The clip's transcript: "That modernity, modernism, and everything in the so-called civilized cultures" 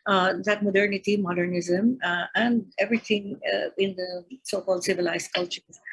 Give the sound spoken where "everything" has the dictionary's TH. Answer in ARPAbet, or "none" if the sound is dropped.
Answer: T